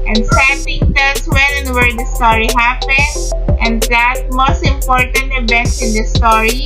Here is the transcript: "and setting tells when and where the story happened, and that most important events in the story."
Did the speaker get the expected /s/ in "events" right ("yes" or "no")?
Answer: no